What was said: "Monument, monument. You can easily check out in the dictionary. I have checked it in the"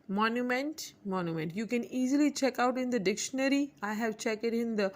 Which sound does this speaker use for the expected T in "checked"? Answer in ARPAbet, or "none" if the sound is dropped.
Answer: none